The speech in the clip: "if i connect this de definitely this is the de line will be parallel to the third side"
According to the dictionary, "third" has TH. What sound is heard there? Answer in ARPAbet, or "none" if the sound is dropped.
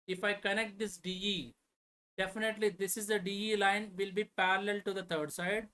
T